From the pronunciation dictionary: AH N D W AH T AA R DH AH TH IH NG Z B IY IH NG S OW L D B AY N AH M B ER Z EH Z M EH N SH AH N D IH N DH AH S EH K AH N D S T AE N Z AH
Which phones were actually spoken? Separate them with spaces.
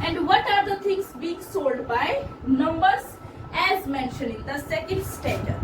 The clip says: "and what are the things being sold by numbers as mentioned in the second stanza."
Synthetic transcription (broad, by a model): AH N D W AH T AA R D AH T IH NG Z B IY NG S OW L D B AY N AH M B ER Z EH Z M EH N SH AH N IH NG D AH S EH K AH N D S T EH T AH